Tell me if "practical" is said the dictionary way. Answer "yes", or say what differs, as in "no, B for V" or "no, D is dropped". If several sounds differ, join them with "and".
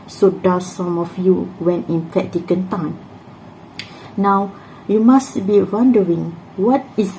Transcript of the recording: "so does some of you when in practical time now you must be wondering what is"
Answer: no, N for L